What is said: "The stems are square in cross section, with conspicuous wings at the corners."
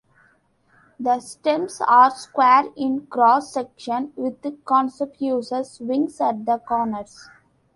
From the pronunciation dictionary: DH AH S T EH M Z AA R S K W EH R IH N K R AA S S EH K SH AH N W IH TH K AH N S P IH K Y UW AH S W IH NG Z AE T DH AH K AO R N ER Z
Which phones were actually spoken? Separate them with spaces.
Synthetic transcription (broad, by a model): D AH S T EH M S AA R S K W EH R IH N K R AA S S EH K SH AH N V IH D K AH N S IH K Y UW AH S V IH NG S AE T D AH K AO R N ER S